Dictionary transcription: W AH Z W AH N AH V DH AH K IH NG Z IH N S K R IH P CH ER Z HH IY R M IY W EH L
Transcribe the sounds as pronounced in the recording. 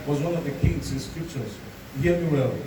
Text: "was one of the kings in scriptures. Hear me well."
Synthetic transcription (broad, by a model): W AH Z W AH N AH V DH AH K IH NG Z IH N S K R IH P CH ER Z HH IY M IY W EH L